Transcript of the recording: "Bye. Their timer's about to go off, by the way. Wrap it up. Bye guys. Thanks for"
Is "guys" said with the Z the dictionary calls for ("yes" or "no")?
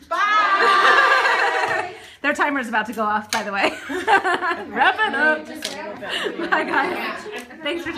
no